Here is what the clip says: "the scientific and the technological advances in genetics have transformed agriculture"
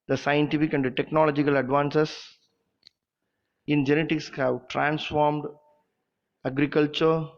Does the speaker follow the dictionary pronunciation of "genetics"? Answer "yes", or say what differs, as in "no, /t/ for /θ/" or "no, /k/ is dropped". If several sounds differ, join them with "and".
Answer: yes